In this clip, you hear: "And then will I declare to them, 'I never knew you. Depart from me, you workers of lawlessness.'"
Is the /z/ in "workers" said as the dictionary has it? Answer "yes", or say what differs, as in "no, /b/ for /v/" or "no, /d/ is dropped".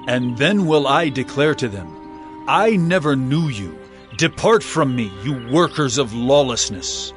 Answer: yes